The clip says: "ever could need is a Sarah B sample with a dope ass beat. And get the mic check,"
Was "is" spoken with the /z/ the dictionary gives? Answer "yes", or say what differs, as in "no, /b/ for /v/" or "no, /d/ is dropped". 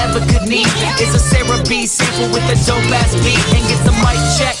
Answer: no, /s/ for /z/